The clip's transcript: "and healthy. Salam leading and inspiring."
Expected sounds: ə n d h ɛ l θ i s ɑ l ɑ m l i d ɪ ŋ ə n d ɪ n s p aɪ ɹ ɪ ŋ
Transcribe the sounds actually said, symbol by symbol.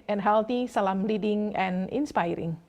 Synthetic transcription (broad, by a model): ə n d h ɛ l t i s ɑ l ɑ m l i d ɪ ŋ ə n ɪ n s p aɪ ɹ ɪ ŋ